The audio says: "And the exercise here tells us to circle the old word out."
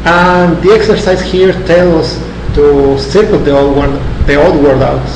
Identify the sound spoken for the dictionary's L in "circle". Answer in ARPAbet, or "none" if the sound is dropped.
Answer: W